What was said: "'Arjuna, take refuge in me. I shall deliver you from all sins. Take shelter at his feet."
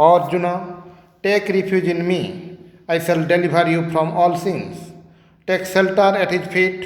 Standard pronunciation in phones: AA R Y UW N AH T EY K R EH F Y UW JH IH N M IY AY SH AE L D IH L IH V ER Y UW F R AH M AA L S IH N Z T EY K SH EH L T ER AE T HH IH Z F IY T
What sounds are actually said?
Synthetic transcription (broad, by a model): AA R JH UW N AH T EY K R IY P Y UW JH IH N M IY AY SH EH L D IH L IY B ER Y UW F R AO M AA L S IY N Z T EY K S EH L T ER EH T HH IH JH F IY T